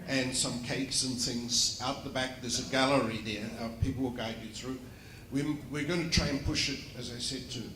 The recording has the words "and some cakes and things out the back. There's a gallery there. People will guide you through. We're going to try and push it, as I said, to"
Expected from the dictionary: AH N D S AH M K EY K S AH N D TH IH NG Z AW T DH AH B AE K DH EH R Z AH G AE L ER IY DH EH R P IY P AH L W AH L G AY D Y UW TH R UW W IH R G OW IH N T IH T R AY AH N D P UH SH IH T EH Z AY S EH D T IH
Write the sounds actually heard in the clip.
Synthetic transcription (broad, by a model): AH N S AH M K EY K S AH N TH IH NG Z AW T DH AH B AE K DH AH R Z AH G AE L ER IY DH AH R P IY P L W AH L G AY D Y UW TH R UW W IH R G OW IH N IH T R AY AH N P UH SH IH T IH Z AY S EH D T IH